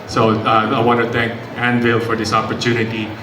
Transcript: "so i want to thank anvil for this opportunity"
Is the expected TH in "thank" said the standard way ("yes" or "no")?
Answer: no